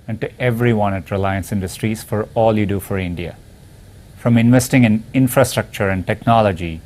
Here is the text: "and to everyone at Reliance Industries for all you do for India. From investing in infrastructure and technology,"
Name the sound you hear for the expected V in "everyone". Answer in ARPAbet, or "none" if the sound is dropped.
V